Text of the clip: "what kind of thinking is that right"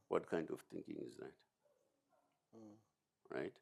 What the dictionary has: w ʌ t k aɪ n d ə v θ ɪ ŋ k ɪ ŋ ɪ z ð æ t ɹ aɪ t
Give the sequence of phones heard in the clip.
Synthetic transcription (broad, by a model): w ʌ t k aɪ n d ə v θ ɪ ŋ k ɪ ŋ ɪ z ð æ t ɹ aɪ t